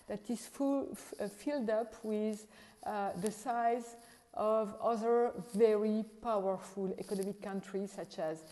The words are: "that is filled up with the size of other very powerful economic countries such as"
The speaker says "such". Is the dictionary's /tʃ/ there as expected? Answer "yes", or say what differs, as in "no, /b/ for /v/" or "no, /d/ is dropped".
yes